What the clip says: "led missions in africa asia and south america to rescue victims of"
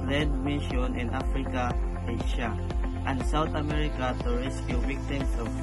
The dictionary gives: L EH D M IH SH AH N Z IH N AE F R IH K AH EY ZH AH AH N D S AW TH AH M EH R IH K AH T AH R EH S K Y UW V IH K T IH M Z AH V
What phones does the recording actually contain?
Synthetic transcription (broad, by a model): L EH D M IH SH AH N IH N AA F R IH K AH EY SH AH AH N D S AW T AH M EH R IH K AH T AH R EH S K Y UW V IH K T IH M S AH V